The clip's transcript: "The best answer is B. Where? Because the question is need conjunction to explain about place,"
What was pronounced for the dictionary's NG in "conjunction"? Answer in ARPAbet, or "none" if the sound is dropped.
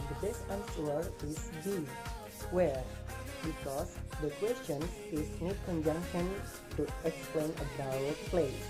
NG